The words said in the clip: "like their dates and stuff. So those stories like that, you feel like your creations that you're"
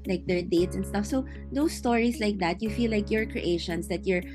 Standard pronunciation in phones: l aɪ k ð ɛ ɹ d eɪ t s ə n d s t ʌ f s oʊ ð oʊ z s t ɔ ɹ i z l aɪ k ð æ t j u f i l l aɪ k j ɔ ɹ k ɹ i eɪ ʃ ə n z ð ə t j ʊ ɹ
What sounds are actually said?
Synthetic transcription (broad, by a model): l aɪ k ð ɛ ɹ d eɪ t s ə n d s t ʌ f s oʊ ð oʊ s t ɔ ɹ i s l aɪ k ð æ t j u f i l l aɪ k j ɔ ɹ k ɹ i eɪ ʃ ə n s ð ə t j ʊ ɹ